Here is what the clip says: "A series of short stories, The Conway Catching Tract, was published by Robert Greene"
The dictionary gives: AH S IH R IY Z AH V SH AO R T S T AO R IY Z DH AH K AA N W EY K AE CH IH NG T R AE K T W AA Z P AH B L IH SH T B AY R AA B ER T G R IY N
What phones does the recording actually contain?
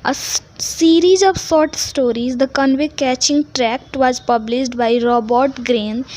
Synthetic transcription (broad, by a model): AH S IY R IY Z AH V S AO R T S T AO R IY Z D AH K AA N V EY K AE CH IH NG T R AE K T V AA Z P AH B L IH SH T B AY R AA B ER T G R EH N